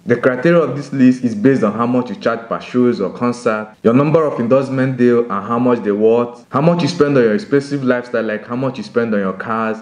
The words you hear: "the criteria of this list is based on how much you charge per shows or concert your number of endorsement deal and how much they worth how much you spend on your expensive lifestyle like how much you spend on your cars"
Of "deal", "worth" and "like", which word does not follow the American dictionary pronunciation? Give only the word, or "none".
worth